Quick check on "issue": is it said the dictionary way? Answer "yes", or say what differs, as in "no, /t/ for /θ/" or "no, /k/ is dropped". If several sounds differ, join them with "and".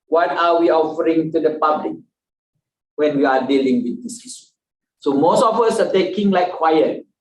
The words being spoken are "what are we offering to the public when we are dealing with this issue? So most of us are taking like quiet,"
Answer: no, /s/ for /ʃ/